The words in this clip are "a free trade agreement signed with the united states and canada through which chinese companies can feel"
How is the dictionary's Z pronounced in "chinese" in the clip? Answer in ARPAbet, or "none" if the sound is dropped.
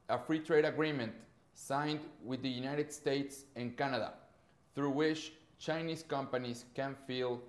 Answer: S